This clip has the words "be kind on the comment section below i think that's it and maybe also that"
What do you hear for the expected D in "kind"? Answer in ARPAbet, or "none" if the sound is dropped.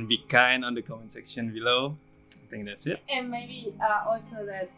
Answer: none